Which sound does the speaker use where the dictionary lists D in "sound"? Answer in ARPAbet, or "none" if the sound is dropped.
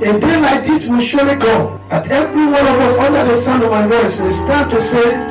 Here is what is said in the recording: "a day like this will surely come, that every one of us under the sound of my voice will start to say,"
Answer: none